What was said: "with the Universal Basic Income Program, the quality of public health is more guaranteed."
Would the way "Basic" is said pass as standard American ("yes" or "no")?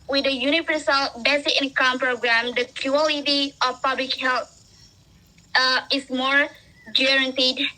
no